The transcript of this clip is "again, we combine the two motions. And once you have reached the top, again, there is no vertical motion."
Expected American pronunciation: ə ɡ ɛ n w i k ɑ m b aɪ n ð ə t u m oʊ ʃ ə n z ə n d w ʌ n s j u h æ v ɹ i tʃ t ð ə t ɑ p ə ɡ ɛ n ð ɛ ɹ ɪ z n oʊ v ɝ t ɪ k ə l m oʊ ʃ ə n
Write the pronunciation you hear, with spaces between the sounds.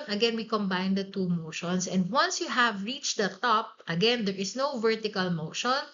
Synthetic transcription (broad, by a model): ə ɡ ɛ n w i k ɑ m b aɪ n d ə t u m oʊ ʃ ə n s ə n d w ʌ n s j u h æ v ɹ i tʃ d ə t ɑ p ə ɡ ɛ n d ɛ ɹ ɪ s n oʊ v ɝ t ɪ k ə l m oʊ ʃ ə n